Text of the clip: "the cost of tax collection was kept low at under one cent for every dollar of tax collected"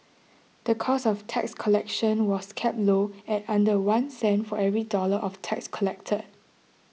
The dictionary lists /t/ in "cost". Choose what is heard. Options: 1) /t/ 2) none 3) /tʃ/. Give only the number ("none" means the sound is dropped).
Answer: 2